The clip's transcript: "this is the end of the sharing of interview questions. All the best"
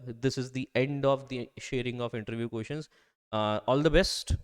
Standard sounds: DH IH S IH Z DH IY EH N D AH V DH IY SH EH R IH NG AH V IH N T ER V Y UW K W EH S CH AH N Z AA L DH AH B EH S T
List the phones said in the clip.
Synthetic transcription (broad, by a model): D IH S IH Z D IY EH N D AH V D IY SH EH R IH NG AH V IH N T ER V Y UW K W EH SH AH N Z AA L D AH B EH S T